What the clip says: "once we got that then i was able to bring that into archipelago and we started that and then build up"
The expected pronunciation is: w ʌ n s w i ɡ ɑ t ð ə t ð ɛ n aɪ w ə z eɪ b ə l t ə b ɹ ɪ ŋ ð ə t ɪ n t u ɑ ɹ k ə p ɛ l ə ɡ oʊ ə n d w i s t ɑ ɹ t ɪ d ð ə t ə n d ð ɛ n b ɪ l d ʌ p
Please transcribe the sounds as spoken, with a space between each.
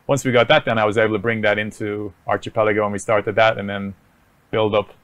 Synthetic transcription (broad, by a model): w ʌ n s w i ɡ ɑ t ð ə t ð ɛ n aɪ w ə z eɪ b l t ə b ɹ ɪ ŋ ð ə t ɪ n t u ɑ ɹ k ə p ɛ l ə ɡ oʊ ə n w i s t ɑ ɹ t ɪ d ð ə t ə n ð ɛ n b ɪ l d ʌ p